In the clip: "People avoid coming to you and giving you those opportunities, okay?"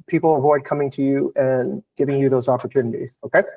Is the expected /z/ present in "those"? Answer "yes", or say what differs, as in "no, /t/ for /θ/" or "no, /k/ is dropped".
yes